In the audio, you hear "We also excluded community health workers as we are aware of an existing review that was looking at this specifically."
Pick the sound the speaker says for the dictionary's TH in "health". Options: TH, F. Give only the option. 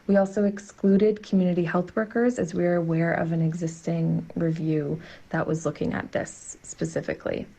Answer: TH